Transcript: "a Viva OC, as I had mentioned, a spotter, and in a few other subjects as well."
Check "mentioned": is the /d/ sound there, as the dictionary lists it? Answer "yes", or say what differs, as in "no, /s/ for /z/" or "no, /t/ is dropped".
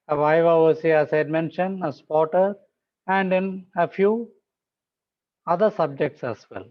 no, /d/ is dropped